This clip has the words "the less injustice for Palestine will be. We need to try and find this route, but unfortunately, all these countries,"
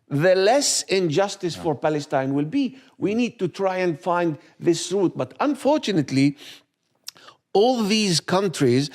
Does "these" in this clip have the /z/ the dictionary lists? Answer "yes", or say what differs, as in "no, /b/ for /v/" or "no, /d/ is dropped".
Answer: yes